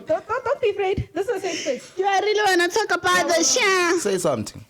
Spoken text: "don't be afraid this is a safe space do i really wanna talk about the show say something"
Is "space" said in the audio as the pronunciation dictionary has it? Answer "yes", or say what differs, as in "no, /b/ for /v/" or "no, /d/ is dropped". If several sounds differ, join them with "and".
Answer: no, /p/ is dropped